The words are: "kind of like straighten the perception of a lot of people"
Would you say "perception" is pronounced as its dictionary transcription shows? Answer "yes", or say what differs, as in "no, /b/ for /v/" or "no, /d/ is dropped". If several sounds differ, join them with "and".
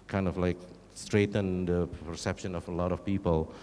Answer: yes